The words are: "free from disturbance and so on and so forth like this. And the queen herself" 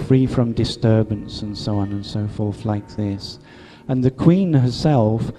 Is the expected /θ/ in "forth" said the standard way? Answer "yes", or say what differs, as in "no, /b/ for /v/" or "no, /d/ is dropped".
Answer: yes